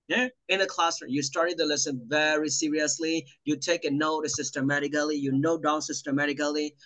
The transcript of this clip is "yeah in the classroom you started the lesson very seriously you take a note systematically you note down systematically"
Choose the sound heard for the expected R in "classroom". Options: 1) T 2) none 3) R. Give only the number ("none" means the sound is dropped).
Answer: 2